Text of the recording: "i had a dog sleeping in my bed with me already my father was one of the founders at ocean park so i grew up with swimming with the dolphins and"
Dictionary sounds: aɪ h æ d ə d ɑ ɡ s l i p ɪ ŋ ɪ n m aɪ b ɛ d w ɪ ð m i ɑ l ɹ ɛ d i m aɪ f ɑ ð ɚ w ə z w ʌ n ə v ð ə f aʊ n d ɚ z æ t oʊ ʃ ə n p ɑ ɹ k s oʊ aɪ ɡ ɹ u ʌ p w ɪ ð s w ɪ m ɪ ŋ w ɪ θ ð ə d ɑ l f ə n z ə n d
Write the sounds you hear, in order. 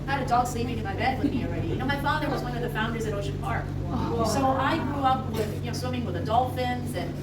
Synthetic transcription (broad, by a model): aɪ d ə d ɑ ɡ s l i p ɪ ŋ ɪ m aɪ b ɛ d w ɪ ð m i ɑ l ɹ ɛ d i m aɪ f ɑ ð ɚ w ə z w ʌ n ə v ð ə f aʊ n d ɚ z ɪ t oʊ ʃ ə n p ɑ ɹ k s oʊ aɪ ɡ ɹ u ʌ p w ɪ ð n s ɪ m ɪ ŋ w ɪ ð ə d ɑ l f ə n z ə n